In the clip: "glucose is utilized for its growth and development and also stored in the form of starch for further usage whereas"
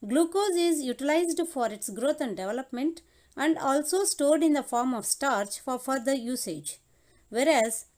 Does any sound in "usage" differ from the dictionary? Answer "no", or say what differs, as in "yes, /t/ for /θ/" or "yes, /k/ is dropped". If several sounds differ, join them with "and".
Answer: no